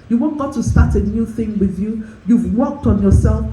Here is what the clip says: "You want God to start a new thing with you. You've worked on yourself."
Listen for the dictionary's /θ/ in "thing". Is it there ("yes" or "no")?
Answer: yes